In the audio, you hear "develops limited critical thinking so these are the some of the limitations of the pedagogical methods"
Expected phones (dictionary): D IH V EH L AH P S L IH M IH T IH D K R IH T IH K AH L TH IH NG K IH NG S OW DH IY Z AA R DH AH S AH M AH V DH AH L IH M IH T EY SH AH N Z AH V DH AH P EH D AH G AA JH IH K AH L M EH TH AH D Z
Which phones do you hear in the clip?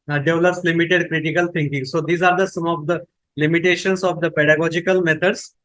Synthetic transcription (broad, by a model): D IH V L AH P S L IH M IH T IH D K R IH T IH K AH L T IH NG K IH NG S OW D IY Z AA R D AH S AH M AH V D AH L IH M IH T EY SH AH N S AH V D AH P EH D AH G AA JH IH K AH L M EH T AH D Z